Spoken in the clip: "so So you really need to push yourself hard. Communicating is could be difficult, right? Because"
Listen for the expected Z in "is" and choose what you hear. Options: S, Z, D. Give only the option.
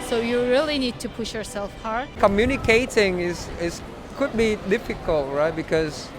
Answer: S